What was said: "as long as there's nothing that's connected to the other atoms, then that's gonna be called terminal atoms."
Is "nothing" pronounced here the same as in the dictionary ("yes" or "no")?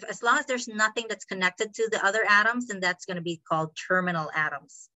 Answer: yes